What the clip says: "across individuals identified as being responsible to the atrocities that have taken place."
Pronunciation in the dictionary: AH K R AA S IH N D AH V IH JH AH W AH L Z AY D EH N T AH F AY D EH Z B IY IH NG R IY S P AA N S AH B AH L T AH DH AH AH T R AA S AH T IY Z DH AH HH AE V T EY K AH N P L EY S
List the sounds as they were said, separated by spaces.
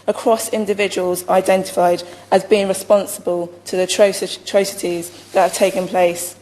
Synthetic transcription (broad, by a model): AH K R AA S IH N D AH V IH JH AH W AH L Z AY D EH N T AH F AY D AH Z B IY IH NG R IY S P AA N S AH B AH L T AH DH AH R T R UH S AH T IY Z DH AH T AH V T EY K AH N P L EY S